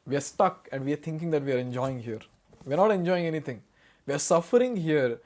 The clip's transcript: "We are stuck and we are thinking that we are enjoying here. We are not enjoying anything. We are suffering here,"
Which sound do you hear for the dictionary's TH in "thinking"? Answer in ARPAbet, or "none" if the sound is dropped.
T